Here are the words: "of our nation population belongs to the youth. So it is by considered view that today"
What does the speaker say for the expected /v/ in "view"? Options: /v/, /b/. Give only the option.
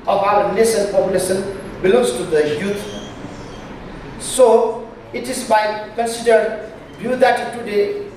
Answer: /b/